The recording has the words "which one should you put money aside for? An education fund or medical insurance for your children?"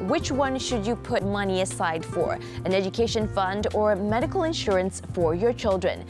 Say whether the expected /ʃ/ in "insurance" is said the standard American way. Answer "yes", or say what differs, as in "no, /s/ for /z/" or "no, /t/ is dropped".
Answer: yes